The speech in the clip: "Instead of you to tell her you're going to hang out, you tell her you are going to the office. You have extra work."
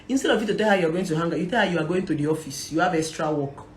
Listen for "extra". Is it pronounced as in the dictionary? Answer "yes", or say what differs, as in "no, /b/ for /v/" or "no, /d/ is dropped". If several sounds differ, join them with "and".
no, /k/ is dropped